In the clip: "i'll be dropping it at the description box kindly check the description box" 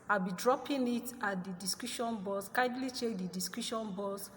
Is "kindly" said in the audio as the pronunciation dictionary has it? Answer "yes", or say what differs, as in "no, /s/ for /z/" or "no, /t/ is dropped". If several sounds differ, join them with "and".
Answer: no, /n/ is dropped